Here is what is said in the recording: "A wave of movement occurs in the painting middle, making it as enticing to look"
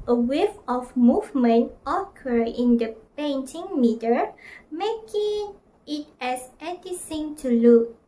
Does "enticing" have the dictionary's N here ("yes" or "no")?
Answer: no